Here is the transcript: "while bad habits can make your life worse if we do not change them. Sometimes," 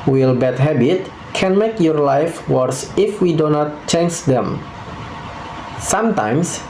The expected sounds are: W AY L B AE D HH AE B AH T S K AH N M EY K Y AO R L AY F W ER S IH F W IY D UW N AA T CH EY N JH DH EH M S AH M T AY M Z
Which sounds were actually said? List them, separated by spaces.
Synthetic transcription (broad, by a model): W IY L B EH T HH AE B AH T K AH N M EY K Y AO R L AY F W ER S IH F W IY D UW N AA T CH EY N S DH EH M S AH M T AY M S